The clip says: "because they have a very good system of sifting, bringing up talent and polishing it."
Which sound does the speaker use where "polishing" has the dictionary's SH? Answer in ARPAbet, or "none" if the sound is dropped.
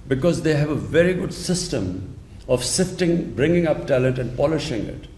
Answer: SH